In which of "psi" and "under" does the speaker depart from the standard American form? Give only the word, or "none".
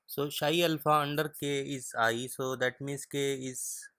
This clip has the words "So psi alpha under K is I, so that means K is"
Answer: psi